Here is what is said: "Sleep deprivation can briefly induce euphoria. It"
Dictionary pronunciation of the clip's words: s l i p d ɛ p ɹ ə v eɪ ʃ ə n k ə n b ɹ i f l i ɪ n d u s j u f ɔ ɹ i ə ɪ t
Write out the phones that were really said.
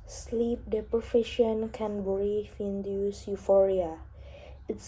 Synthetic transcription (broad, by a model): s l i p d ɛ p ɹ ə f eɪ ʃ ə n k ə n b ɹ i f i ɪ n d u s j u f ɔ ɹ i ə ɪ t